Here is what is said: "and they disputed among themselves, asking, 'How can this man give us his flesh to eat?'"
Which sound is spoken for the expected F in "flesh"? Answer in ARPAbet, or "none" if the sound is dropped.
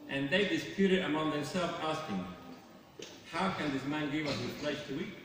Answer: P